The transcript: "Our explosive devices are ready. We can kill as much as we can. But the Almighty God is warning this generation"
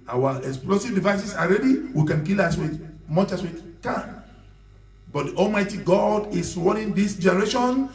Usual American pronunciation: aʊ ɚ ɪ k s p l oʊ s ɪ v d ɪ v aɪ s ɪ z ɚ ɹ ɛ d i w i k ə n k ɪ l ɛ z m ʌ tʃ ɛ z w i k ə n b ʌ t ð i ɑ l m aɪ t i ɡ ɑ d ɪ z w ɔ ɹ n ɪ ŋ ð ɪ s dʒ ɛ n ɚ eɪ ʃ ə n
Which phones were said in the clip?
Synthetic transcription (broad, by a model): aʊ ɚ ɪ k s p l oʊ s ɪ v d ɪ v aɪ s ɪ s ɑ ɹ ɛ d i w i k ə n k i l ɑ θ m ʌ tʃ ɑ s w i k ə n b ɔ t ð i ɑ l m aɪ t i ɡ ɑ d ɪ s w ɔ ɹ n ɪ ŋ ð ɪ s dʒ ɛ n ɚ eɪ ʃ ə n